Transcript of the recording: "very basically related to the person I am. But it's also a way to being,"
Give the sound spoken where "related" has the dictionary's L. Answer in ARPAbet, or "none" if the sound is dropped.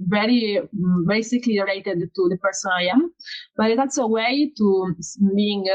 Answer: none